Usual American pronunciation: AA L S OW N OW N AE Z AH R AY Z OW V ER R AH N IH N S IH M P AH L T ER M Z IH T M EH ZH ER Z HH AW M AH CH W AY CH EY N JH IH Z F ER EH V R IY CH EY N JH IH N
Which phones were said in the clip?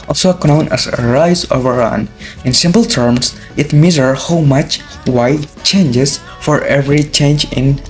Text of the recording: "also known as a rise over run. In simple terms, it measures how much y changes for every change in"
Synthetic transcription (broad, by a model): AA L S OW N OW N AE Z AH R AY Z OW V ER R AH N IH N S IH M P L T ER M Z IH T M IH Z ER HH AW M AH CH W AY CH EY N JH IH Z F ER EH V R IY CH EY N JH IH N